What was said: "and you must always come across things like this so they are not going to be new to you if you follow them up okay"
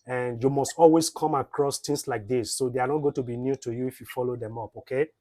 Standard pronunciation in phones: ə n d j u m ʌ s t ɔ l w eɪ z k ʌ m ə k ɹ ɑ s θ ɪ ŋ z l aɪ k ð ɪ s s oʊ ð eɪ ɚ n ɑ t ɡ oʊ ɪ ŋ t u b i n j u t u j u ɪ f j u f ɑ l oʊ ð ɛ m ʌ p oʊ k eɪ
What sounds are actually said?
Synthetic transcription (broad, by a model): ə n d j u m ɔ s t ɔ l w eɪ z k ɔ m ə k ɹ ɑ s t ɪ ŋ s l aɪ k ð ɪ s s oʊ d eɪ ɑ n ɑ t ɡ oʊ t u b i n j u t u j u ɪ f j u f ɑ l oʊ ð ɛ m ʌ p oʊ k eɪ